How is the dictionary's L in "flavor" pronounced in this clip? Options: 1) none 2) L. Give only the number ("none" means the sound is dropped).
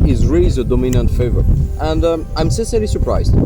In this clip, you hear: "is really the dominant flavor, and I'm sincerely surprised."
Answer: 1